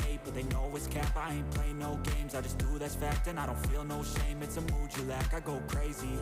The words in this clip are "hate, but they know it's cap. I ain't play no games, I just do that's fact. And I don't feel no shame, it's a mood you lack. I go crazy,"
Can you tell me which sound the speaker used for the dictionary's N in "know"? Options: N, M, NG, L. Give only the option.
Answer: L